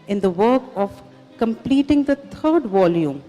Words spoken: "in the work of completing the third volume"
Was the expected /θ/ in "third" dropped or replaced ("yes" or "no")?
yes